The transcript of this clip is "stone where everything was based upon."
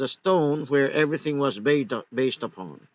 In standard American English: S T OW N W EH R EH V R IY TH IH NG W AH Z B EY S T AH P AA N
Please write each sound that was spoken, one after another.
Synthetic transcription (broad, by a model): S T OW N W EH R EH V R IY TH IH NG W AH Z B EY S T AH P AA N